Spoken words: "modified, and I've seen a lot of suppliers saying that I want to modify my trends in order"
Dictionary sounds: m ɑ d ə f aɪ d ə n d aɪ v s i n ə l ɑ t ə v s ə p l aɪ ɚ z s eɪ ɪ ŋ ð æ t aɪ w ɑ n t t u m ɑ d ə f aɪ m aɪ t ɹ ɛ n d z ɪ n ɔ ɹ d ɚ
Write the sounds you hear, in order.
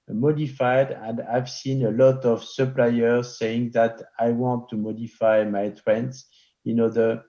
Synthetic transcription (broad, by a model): m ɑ d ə f aɪ d ə n d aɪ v s i n ə l ɑ t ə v s ə p l aɪ ɚ z s eɪ ɪ ŋ ð æ t aɪ w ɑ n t t u m ɑ d ə f aɪ m aɪ t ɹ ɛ n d s ɪ n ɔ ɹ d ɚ